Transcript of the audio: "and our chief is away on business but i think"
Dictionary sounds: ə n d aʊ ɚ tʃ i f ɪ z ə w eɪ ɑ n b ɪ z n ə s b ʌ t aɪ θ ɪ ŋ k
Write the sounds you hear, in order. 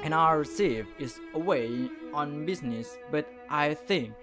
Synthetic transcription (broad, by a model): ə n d aʊ ɚ s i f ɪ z ə w eɪ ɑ n b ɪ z n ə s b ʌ t aɪ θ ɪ ŋ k